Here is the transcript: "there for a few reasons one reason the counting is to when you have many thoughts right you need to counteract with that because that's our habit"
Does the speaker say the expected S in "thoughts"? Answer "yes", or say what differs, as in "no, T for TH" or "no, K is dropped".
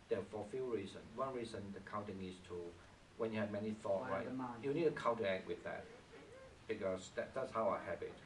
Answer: no, S is dropped